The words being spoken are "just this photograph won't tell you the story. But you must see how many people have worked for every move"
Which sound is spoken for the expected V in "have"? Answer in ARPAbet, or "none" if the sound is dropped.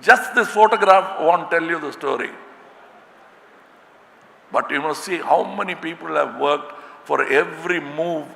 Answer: V